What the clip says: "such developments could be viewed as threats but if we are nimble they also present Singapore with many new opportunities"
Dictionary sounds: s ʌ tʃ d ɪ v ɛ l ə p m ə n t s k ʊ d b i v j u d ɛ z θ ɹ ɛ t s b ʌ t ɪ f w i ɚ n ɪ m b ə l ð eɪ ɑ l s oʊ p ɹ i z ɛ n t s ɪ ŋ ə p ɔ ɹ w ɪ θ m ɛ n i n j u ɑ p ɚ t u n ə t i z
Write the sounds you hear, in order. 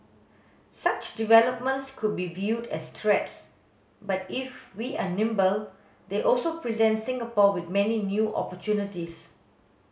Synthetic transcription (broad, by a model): s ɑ tʃ d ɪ v ɛ l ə p m ə n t s k ʊ d b i v j u d ɛ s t ɹ ɛ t s b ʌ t ɪ f w i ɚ n ɪ m b ə l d eɪ ɑ l s oʊ p ɹ i z ɛ n t s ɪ ŋ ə p ɔ w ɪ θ m ɛ n i n j u ɑ p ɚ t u n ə t i s